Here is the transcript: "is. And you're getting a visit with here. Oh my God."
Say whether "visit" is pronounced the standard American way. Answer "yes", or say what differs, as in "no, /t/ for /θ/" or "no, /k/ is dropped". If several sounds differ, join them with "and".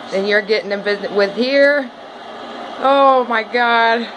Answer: no, /b/ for /v/